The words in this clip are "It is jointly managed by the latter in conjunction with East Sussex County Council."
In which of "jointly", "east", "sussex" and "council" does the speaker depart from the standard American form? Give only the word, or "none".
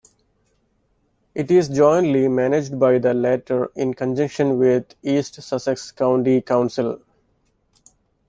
none